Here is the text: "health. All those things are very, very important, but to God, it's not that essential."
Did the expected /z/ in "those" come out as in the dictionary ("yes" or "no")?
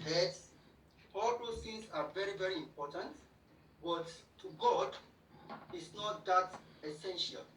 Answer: no